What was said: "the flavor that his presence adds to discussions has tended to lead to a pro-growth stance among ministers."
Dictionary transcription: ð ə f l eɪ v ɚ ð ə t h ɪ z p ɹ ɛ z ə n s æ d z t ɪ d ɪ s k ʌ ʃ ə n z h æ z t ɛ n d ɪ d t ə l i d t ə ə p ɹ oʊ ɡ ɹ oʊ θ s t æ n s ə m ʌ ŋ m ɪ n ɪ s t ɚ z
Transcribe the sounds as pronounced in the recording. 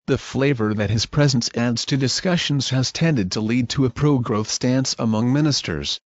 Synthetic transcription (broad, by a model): ð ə f l eɪ v ɚ ð ə t h ɪ z p ɹ ɛ z ə n s æ d z t ɪ d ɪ s k ʌ ʃ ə n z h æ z t ɛ n d ɪ d t ə l i d t ə ə p ɹ oʊ ɡ ɹ oʊ θ s t æ n s ə m ʌ ŋ m ɪ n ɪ s t ɚ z